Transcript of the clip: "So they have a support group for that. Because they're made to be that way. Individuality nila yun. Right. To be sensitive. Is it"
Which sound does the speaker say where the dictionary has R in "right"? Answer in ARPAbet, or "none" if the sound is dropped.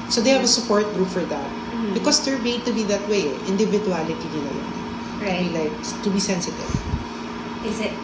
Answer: L